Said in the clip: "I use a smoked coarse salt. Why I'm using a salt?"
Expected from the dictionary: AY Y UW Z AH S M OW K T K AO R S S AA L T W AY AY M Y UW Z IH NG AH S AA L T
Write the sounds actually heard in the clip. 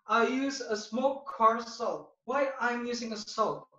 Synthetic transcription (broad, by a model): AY Y UW Z AH S M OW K K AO R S S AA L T W AY AY M Y UW Z IH NG AH S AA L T